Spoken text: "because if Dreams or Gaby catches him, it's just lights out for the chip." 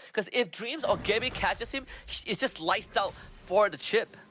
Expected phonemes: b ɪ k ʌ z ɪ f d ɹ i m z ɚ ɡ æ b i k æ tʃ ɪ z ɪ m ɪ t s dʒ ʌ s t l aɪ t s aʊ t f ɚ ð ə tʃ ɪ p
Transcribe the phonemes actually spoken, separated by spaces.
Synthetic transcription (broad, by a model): k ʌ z ɪ f d ɹ i m z ɚ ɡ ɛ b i k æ tʃ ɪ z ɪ m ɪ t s dʒ ʌ s t l aɪ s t aʊ t f ɚ ð ə tʃ ɪ p